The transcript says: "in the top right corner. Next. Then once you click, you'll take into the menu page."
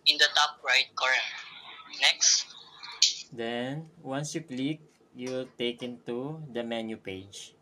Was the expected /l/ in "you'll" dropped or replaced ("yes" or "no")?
no